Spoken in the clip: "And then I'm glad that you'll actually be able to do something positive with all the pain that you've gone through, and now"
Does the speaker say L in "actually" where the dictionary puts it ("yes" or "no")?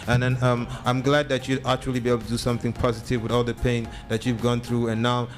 yes